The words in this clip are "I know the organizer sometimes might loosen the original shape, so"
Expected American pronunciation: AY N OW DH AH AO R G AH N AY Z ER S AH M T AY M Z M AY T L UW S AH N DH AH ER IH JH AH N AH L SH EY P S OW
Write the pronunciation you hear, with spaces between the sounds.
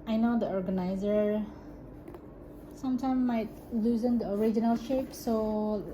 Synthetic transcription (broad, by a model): AY N OW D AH AO R G AH N AY Z ER S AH M T AY M M AY T L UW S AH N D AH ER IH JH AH N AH L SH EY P S OW